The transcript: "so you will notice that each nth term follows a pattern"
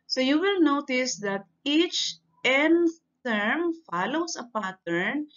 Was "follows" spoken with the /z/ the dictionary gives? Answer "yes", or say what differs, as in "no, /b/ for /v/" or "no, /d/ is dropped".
no, /s/ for /z/